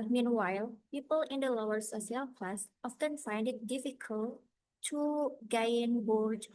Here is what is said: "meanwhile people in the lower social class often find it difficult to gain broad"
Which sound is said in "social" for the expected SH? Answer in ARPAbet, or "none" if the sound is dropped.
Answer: S